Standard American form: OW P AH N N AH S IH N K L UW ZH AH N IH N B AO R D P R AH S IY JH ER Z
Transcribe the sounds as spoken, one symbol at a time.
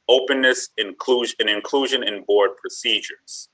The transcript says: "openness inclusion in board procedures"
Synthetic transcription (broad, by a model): OW P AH N N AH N IH N K L UW ZH AH N IH N B AO R D P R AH S IY JH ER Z